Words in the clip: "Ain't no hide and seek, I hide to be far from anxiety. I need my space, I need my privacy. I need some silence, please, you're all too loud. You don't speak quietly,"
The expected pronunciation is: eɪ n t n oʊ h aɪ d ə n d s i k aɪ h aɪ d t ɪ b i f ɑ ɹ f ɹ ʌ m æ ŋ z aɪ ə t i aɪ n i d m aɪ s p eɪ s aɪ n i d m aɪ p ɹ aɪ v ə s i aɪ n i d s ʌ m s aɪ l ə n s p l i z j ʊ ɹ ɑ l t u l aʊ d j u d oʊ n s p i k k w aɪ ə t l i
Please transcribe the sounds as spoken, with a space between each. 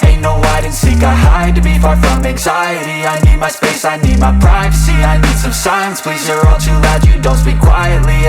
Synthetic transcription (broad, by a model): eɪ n n oʊ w aɪ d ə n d s i k aɪ h aɪ d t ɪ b i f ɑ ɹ f ɹ ʌ m æ ŋ z aɪ ə t i aɪ n i d m aɪ s p eɪ s aɪ n i d m aɪ p ɹ aɪ v ə s i aɪ n i d s ʌ m s aɪ ə n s p l i z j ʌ ɹ ɑ l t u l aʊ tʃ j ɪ d oʊ n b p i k k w aɪ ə t l i